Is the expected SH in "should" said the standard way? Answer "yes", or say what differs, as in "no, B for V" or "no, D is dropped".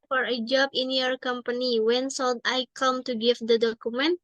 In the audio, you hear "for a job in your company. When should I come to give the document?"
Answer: no, S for SH